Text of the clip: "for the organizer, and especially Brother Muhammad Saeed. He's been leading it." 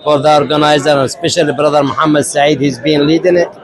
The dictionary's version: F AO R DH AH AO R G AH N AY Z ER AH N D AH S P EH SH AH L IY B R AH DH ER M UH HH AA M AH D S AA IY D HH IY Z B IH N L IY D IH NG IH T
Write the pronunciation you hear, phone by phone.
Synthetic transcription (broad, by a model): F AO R DH AH AO R G AH N AY Z ER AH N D S P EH SH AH L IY B R AH DH ER M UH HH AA M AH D S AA IY D HH IY Z B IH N L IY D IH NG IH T